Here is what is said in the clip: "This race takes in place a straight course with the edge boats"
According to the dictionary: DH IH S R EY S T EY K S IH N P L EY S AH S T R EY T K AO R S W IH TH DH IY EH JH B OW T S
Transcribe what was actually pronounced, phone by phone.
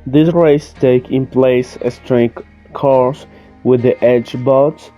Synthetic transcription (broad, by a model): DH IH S R EY S T EY K IH N P L EY S AH S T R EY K K AO R S W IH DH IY EH JH B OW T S